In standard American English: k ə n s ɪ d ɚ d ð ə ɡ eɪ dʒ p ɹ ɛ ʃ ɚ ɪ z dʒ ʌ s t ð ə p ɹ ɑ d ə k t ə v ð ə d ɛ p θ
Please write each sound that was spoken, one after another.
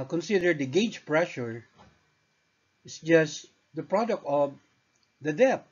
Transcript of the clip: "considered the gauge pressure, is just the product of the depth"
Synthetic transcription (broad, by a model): k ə n s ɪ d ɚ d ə ɡ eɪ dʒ p ɹ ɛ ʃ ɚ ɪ s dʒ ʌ s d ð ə p ɹ ɑ d ə k t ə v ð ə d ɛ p